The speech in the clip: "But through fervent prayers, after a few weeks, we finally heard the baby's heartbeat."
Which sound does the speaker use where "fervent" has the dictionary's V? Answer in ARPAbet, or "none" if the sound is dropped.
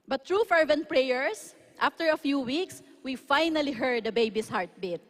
V